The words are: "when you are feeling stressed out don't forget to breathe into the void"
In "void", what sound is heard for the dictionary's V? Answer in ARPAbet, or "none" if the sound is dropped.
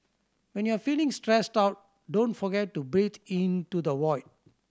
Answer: W